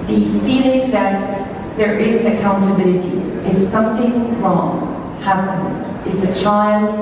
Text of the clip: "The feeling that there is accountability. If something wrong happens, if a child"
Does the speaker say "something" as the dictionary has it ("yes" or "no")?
yes